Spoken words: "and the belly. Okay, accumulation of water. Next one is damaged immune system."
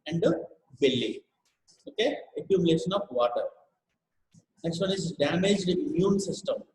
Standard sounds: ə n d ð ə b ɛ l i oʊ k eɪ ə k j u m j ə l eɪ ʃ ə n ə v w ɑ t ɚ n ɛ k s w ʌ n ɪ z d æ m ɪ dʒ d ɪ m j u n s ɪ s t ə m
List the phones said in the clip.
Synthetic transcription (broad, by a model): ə n d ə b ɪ l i oʊ k eɪ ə k j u m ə l eɪ ʃ ə n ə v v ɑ t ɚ n ɛ k s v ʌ n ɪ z d æ m ɪ dʒ d ɪ m j u n s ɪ s t ə m